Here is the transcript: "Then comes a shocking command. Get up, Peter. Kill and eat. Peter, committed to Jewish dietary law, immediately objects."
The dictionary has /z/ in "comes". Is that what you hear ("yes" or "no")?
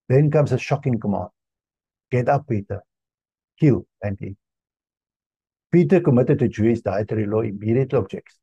no